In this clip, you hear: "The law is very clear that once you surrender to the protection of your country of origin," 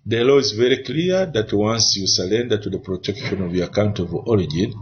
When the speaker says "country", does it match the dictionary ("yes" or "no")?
no